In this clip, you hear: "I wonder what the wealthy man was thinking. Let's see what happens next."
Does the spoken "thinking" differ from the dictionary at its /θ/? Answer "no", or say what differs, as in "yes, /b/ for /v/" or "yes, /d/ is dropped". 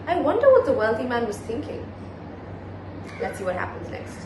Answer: no